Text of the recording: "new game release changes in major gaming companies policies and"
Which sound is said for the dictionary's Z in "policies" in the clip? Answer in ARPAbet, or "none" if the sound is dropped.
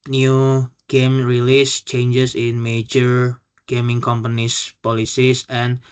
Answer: S